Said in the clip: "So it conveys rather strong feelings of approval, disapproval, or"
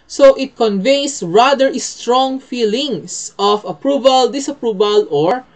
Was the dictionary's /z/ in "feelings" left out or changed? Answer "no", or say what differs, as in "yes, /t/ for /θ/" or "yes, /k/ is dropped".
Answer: yes, /s/ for /z/